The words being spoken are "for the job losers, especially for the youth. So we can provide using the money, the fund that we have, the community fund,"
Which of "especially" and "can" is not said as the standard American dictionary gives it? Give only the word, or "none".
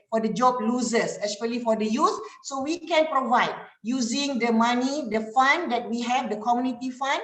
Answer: especially